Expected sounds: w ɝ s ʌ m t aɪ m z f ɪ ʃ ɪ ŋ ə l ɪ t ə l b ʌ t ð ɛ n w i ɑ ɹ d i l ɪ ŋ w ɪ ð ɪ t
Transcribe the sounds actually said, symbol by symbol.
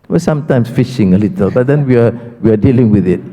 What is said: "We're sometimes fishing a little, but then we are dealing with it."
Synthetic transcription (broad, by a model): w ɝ s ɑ m t aɪ m s f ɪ ʃ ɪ ŋ ə l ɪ t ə l b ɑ t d ɛ n w i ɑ w d i l ɪ ŋ w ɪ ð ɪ t